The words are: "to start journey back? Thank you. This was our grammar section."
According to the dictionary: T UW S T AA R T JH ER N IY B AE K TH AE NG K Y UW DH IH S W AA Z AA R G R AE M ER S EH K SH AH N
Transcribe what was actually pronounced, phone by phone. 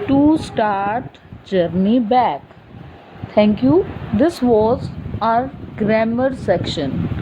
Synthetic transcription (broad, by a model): T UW S T AA R T JH ER N IY B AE K T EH NG K Y UW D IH S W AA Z AA R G R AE M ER S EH K SH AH N